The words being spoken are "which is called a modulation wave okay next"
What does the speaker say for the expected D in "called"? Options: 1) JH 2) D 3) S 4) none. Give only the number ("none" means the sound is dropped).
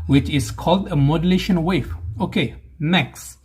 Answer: 2